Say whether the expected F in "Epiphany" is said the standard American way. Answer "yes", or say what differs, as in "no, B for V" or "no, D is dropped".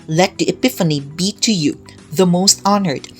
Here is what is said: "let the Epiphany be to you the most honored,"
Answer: yes